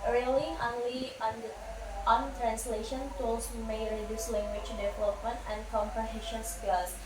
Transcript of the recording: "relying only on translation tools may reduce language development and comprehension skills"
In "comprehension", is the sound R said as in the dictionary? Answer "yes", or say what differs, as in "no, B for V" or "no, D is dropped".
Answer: yes